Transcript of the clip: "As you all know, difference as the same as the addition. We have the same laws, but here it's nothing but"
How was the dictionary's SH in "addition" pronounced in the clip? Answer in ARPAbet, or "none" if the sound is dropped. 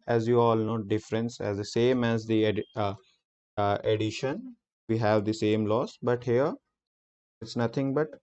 SH